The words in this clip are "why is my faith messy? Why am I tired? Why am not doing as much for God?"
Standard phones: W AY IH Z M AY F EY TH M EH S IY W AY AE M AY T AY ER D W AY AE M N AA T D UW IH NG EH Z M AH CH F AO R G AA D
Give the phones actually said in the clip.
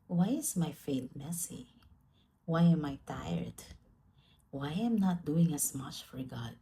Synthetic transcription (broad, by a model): W AY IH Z M AY F EY T M EH S IY W AY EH M AY T AY ER D W AY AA M N AA T D UW IH NG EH S M AH CH F AO R G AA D